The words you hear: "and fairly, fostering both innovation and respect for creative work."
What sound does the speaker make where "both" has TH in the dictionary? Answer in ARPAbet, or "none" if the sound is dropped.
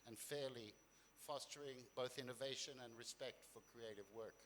TH